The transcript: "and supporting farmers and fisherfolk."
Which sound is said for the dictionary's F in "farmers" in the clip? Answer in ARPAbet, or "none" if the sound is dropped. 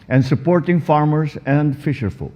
F